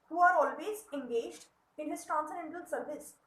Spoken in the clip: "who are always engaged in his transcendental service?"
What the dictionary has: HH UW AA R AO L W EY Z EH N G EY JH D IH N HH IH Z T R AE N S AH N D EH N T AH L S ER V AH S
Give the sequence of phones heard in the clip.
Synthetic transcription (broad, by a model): HH UW AA R AO L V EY Z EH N G EY JH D IH N HH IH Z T AO N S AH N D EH N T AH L S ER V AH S